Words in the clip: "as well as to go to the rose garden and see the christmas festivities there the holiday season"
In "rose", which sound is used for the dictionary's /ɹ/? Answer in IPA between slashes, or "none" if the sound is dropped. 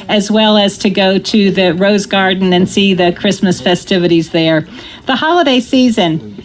/ɹ/